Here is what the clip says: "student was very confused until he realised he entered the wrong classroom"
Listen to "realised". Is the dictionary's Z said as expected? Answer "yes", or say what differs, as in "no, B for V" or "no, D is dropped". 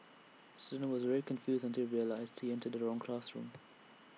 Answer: yes